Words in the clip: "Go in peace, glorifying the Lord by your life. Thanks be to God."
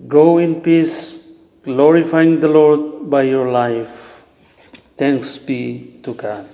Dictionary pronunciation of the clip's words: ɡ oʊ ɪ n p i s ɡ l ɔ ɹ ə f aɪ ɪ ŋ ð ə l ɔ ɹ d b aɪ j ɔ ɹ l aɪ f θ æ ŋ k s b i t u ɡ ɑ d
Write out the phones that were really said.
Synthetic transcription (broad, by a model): ɡ oʊ ɪ n p i s ɡ l ɔ ɹ ə f aɪ ɪ ŋ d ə l ɔ ɹ d b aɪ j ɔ ɹ l aɪ f t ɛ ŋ k s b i t u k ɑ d